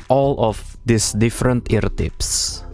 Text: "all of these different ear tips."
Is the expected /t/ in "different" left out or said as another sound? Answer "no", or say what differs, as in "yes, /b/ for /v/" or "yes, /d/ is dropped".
no